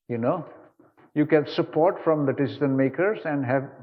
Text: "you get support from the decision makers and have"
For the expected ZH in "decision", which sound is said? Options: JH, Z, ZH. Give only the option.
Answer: Z